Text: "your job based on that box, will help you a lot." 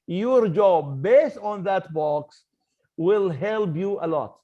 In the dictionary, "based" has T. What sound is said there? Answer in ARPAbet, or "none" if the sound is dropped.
T